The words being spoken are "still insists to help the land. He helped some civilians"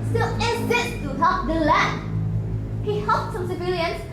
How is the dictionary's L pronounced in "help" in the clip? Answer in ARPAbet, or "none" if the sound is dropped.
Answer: none